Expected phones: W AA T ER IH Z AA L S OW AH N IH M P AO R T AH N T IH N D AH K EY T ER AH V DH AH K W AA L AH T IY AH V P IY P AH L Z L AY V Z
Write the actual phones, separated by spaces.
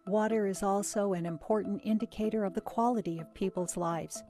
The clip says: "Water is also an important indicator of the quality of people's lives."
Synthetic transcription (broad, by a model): W AA T ER IH Z AA L S OW AH N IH M P AO R T N T IH N D AH K EY T ER AH V DH AH K W AA L AH T IY AH V P IY P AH L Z L AY V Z